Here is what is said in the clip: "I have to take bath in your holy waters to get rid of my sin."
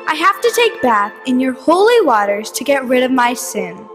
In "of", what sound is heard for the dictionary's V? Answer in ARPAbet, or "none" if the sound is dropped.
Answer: V